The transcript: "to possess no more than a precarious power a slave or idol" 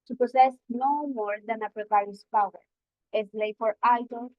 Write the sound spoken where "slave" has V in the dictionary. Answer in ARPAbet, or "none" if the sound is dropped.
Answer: F